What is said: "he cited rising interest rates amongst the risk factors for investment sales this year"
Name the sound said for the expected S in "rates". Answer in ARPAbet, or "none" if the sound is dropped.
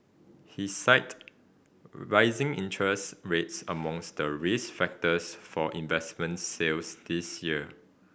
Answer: S